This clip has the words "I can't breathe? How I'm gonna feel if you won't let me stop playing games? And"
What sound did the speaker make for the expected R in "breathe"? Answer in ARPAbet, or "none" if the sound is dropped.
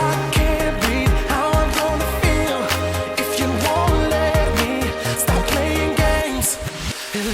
none